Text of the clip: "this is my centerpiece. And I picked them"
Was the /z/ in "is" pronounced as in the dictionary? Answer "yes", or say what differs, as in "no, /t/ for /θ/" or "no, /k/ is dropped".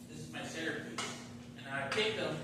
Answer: yes